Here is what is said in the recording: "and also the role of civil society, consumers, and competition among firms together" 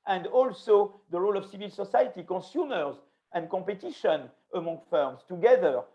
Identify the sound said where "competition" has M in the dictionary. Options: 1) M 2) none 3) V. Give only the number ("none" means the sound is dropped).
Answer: 2